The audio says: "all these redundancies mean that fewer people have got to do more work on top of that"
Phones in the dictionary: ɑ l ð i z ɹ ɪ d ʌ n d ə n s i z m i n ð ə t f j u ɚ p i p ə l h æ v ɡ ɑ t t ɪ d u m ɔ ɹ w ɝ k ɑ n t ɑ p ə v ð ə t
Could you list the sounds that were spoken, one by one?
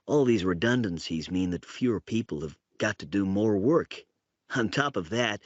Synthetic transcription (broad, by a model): ɑ l ð i z ɹ ɪ d ʌ n d ə n s i z m i n ð ə t f j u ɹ p i p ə l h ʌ v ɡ ɑ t t ɪ d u m ɔ ɹ w ɝ k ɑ n t ɑ p ə v ð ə t